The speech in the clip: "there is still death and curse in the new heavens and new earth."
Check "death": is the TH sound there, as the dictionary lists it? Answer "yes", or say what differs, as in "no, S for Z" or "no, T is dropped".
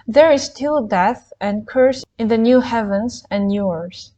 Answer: yes